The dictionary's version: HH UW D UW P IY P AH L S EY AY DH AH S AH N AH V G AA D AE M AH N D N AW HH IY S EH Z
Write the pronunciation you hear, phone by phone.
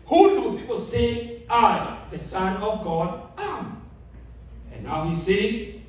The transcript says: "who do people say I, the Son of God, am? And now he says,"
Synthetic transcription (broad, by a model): HH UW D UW P IY P AH L S EY AY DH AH S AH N AH V G AA D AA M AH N N AW HH IY S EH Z